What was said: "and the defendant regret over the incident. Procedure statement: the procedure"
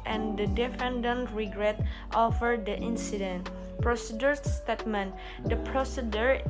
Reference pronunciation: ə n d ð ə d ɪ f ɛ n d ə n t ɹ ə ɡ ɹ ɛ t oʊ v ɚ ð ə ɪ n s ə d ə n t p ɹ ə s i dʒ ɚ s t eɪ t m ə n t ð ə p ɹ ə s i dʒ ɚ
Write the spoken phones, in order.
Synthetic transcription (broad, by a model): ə n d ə d ɪ f ɛ n d ə n t ɹ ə ɡ ɹ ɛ t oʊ f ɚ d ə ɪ n s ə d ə n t p ɹ ə s i dʒ ɚ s t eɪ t m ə n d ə p ɹ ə s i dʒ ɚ